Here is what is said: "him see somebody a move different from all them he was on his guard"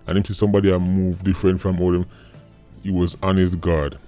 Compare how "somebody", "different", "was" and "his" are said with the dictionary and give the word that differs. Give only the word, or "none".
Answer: his